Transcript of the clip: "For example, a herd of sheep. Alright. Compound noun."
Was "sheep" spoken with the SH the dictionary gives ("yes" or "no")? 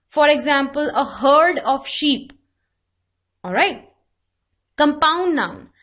yes